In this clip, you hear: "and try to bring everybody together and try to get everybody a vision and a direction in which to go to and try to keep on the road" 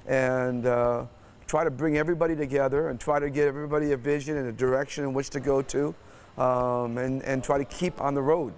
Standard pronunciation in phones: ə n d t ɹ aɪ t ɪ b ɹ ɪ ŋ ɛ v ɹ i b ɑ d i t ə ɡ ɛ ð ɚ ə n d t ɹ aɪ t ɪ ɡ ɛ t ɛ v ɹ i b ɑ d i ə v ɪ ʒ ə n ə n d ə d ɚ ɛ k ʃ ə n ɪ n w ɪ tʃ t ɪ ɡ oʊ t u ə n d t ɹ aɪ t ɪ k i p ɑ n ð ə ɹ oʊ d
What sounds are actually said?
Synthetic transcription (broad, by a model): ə n t ɹ aɪ t ɪ b ɹ ɪ ŋ ɛ v ɹ i b ɑ d i t ə ɡ ɛ ð ɚ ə n t ɹ aɪ t ɪ ɡ ɛ t ɛ v ɹ i b ɑ d i ə v ɪ ʒ ə n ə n ə d ɚ ɛ k ʃ ə n ɪ n w ɪ tʃ t ɪ ɡ oʊ t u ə n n t ɹ aɪ t ɪ k i p n ð ə ɹ oʊ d